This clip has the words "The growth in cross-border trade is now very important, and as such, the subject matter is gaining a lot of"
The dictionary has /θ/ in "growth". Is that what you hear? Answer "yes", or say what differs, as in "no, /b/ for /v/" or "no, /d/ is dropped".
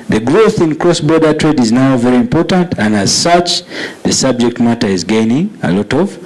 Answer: yes